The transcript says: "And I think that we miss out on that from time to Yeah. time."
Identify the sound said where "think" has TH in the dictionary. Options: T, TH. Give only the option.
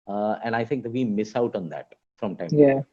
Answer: T